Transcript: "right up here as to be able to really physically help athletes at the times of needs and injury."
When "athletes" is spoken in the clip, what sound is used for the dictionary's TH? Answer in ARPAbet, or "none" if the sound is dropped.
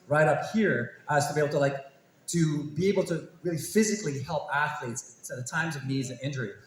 TH